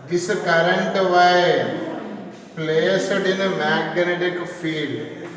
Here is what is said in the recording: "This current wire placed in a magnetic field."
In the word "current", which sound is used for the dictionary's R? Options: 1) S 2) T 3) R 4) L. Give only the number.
3